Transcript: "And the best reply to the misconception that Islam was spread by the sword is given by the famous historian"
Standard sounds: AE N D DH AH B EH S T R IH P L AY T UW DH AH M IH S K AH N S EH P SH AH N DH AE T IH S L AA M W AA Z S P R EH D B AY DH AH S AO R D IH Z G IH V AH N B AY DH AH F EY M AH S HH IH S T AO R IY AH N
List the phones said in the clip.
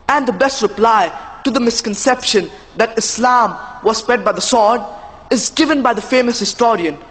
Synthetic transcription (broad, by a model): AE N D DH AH B EH S T R IH P L AY T UW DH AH M IH S K AH N S EH P SH AH N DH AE T IH S L AA M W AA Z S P EH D B AY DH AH S AO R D IH Z G IH V AH N B AY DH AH F EY M AH S HH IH S T AO R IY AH N